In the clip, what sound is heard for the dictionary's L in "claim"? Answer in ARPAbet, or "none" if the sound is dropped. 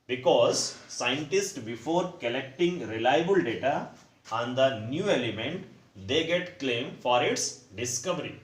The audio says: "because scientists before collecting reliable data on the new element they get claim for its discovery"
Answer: L